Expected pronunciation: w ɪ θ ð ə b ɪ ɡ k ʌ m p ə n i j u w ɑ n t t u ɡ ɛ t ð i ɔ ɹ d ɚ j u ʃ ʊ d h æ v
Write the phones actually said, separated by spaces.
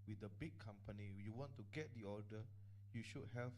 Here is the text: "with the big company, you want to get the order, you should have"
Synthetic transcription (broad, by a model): w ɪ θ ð ə b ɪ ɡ k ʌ m p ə n i j u w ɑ n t t u ɡ ɛ t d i ɔ l d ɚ j u ʃ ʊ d h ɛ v